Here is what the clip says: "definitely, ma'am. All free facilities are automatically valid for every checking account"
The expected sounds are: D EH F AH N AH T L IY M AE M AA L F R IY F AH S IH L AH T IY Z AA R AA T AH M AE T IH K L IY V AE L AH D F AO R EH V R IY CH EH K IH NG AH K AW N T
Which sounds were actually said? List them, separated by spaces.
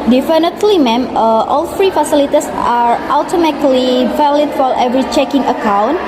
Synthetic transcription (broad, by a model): D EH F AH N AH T L IY M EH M AA L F R IY F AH S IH L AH T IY S AA R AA T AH M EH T L IY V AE L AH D F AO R EH V R IY CH EH K IH NG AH K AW N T